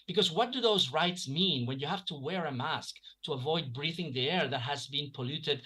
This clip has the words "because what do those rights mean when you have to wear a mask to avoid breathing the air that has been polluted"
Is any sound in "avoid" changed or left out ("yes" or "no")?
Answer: no